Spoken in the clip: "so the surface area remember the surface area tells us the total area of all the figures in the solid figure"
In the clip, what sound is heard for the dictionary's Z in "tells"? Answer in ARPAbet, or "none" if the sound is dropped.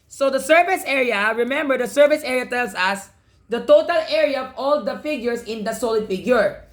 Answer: S